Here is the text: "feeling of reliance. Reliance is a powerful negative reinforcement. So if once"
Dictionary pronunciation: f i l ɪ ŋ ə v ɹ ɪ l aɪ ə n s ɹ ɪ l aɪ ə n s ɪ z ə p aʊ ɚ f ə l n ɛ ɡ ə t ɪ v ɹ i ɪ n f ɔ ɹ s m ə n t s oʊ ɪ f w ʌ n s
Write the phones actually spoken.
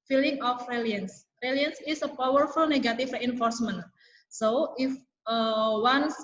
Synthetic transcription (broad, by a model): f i l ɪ ŋ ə f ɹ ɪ l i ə n s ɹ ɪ l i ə n s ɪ s ə p aʊ ɚ f ə l n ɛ ɡ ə t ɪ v ɹ i ɪ n f ɔ ɹ s m ə n t s oʊ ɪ f w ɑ n s